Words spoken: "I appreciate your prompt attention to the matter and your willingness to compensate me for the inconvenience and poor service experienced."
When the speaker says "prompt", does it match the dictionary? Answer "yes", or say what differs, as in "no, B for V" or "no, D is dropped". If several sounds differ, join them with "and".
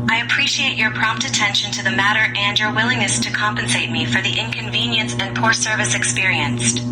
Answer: yes